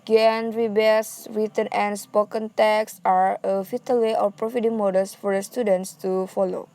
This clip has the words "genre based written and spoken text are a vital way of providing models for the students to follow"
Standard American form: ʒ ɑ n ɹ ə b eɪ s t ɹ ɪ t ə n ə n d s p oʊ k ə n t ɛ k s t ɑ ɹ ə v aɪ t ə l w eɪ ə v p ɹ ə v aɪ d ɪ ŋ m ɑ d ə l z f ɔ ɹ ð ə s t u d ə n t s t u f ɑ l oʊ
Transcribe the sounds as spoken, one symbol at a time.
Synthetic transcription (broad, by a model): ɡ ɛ n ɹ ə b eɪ s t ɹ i t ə n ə n s p oʊ k ə n t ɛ k s ɑ ɹ ə f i t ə l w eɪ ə f p ɹ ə f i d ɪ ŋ m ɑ d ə l s f ɔ ɹ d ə s t u d ə n t s t u f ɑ l oʊ